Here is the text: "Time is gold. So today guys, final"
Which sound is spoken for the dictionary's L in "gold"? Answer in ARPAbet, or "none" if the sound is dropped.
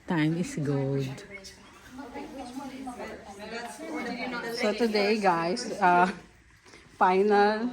none